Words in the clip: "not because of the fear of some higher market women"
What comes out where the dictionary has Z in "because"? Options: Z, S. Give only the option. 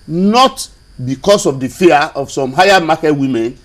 S